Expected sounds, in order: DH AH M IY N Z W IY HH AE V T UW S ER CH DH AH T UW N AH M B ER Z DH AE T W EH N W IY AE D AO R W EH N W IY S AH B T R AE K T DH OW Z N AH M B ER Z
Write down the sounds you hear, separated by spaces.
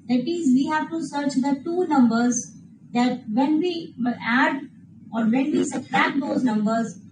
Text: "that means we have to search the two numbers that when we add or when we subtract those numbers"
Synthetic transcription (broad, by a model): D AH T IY Z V IY HH AE V T UW S ER CH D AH T UW N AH M B ER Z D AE T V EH N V IY AE D AO R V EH N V IY S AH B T AE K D OW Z N AH M B ER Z